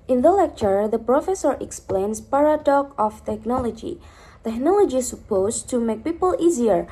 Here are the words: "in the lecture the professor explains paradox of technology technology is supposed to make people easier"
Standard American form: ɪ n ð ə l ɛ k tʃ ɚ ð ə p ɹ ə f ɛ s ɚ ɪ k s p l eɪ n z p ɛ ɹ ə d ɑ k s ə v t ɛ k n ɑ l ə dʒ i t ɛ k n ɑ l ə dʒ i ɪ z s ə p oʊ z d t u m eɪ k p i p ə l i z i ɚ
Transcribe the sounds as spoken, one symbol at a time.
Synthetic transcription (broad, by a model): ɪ n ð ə l ɛ k tʃ ɚ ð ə p ɹ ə f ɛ s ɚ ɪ k s p l eɪ n s p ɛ ɹ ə d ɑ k ə f t ɛ k n ɑ l ə dʒ i t ɛ k n ɑ l ə dʒ i s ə p oʊ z t u m eɪ k p i p ə l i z i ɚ